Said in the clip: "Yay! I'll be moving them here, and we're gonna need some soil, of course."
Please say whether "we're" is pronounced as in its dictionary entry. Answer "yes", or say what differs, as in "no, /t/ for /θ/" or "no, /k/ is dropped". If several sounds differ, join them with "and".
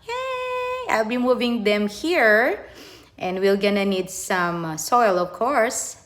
no, /l/ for /ɹ/